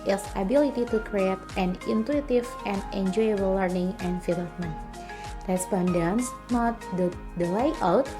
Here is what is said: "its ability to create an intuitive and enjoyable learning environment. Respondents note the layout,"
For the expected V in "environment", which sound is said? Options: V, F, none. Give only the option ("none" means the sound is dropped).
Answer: F